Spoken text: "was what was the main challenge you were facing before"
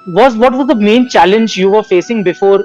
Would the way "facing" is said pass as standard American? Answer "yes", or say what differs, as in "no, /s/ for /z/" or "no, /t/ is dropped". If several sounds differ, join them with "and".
yes